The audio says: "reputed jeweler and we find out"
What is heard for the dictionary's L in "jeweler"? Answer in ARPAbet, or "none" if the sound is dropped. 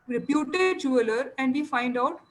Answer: L